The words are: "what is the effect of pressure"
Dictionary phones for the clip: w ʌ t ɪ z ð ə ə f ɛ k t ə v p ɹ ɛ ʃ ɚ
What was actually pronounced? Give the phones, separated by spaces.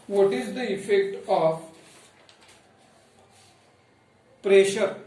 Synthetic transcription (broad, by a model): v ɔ t ɪ z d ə ə f ɛ k t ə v p ɹ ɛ ʃ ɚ